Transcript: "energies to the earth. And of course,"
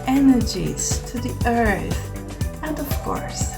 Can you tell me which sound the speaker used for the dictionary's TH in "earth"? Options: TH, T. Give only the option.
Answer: TH